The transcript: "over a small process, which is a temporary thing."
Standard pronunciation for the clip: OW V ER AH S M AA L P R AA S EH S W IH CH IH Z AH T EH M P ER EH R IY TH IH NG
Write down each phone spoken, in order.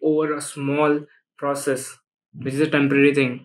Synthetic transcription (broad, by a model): OW V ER AH S M AA L P R AA S EH S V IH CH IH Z AH T EH M P ER EH R IY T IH NG